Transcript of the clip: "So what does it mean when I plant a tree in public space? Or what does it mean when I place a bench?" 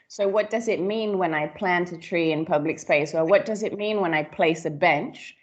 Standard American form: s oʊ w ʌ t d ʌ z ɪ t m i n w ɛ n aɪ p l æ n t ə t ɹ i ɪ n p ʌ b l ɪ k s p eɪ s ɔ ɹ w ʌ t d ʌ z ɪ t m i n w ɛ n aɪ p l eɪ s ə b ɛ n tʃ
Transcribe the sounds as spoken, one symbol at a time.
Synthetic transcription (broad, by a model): s oʊ w ʌ t d ʌ z ɪ t m i n w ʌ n aɪ p l æ n t ə t ɹ i ɪ n p ʌ b l ɪ k s p eɪ s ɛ l w ʌ t d ʌ z ɪ t m i n w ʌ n aɪ p l eɪ s ə b ɛ n tʃ